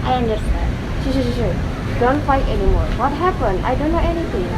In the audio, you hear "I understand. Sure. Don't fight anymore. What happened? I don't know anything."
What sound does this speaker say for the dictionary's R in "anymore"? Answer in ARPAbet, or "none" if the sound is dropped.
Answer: R